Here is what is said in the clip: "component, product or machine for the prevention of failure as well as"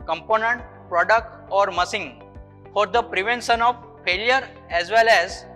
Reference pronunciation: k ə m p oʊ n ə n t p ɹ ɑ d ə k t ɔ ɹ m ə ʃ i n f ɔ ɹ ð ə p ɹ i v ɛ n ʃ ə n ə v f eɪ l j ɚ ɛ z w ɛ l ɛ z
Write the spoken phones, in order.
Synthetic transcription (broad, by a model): k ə m p oʊ n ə n t p ɹ ɑ d ə k t ɔ ɹ m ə s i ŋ f ɔ ɹ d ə p ɹ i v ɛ n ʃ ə n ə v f eɪ l j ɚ ɛ z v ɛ l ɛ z